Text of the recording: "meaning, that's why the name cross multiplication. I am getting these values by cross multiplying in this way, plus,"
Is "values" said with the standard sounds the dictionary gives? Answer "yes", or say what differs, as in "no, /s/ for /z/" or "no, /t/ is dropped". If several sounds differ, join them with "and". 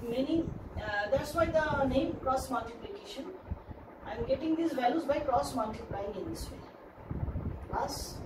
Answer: yes